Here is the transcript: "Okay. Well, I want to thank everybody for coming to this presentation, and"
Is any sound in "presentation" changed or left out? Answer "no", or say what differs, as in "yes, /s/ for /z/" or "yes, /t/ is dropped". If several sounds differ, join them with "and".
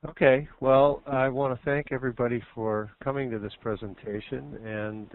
no